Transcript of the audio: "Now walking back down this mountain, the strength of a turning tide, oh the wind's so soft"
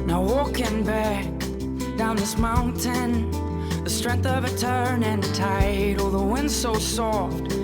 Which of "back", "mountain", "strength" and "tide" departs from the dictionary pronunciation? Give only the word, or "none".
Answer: none